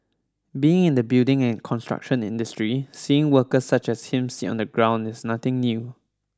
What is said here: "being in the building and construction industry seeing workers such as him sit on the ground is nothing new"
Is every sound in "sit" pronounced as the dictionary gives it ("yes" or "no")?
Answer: no